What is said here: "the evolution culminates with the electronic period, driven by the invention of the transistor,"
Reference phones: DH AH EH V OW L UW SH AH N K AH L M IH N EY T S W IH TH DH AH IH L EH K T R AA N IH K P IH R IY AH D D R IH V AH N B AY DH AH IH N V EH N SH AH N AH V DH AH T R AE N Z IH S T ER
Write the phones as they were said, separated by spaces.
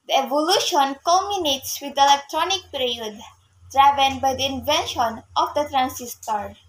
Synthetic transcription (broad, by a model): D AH EH V OW L UW SH AH N K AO M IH N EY T S W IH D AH L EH K T R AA N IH K P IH R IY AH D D R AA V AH N B AY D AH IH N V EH N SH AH N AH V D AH T R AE N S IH S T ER